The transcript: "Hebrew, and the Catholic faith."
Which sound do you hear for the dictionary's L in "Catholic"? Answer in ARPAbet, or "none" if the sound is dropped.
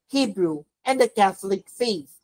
L